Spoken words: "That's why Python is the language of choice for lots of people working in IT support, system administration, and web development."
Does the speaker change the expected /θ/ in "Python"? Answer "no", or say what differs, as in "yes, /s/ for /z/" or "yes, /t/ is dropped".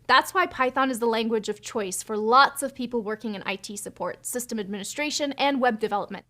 no